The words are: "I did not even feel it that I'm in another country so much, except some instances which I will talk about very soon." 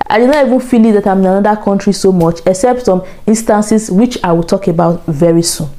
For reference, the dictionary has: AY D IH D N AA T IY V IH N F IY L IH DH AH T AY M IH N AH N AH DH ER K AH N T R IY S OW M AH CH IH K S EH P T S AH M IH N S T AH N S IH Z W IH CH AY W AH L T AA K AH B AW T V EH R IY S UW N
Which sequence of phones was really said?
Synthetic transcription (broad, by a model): AY D IH D N AA T IY V IH N F IY L IH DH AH T AY M IH N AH N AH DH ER K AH N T R IY S OW M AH CH IH K S EH P T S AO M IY N S T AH N S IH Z W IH CH AY W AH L T AA K AH B AW T V EH R IY S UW N